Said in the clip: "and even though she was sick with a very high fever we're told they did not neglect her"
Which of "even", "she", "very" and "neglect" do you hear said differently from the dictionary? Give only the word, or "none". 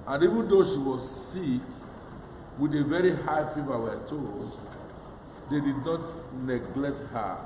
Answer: none